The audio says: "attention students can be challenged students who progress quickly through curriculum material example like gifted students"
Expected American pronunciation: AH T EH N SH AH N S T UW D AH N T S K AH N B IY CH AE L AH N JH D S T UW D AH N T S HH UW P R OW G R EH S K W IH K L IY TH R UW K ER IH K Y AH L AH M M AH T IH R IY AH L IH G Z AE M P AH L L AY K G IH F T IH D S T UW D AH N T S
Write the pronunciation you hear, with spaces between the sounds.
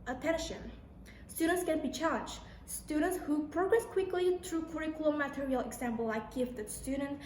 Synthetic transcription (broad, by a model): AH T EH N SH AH N S T UW D AH N T S K AH N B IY CH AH JH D S T UW D AH N T S HH UW P R OW G R EH S K W IH K L IY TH R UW K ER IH K Y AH L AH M M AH T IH R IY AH L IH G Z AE M P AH L L AY K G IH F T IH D S T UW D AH N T